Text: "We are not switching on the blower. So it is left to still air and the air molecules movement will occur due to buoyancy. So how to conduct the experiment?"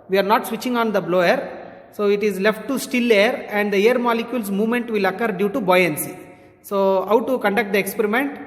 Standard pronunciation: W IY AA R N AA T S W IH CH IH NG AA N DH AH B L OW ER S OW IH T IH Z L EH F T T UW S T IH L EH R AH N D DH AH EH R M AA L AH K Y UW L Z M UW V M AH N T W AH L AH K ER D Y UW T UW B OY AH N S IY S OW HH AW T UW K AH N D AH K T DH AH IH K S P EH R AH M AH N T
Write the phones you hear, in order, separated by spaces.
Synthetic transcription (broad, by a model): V IY AA R N AA T S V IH CH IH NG AA N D AH B L OW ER S OW IH T IH Z L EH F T T UW S T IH L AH R AH N D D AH EH R M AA L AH K Y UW L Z M UW V M AH N T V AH L AH K ER D Y UW T UW B OY AH N S IY S OW HH AW T UW K AH N D AH K T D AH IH K S P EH R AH M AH N T